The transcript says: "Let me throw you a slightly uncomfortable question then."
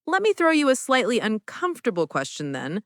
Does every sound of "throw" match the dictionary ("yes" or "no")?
yes